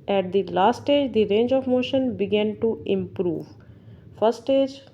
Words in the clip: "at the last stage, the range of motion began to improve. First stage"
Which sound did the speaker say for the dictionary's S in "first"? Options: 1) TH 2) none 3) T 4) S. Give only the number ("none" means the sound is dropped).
2